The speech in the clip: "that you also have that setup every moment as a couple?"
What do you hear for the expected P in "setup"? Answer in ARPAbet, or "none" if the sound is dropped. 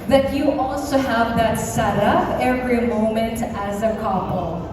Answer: F